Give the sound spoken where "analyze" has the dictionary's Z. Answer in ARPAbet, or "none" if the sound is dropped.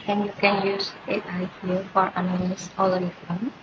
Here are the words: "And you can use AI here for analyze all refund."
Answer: S